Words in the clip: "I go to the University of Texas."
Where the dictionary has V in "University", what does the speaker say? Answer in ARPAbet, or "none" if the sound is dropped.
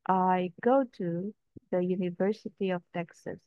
V